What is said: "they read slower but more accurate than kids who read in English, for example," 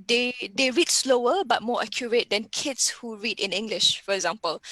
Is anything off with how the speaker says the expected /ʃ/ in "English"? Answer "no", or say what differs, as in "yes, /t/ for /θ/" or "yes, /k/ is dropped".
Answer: no